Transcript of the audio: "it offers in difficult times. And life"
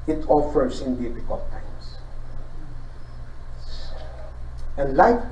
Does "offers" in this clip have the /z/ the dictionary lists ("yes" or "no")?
no